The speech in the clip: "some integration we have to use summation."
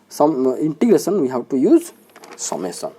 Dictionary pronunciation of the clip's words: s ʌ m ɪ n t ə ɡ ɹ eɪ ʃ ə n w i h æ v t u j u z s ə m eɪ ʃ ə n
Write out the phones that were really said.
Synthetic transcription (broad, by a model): s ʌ m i n t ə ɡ ɹ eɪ s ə n w i h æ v t u j u z s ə m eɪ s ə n